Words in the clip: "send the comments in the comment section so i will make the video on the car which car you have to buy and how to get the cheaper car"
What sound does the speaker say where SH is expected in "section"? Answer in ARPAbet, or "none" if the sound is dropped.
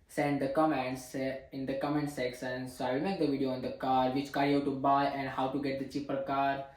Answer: S